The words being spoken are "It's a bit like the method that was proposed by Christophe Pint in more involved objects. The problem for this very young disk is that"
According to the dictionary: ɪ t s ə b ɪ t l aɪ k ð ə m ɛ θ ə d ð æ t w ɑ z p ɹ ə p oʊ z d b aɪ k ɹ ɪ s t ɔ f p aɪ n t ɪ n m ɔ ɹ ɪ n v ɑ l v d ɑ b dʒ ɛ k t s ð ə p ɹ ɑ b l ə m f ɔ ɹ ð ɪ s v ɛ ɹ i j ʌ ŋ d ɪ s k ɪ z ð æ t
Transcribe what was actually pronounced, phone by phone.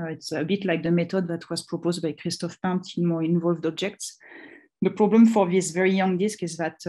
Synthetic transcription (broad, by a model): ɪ t s ə b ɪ t l aɪ k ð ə m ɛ t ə d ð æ t w ɑ z p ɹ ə p oʊ z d b aɪ k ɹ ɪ s t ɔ f p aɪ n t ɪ m ɔ ɹ ɪ n v ɑ l v d ɑ b dʒ ɛ k t s ð ə p ɹ ɑ b l ə m f ɔ ɹ ð ɪ s v ɛ ɹ i j ʌ ŋ d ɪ s k ɪ z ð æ t